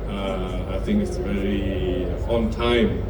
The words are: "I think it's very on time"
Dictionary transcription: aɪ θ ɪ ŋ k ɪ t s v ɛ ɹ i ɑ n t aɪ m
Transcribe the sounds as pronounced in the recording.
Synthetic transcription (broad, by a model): aɪ θ ɪ ŋ k ɪ t s v ɛ ɹ i ɑ n t aɪ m